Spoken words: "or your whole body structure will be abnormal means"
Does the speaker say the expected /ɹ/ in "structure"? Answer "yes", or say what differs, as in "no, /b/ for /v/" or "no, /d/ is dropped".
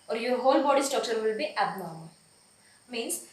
no, /ɹ/ is dropped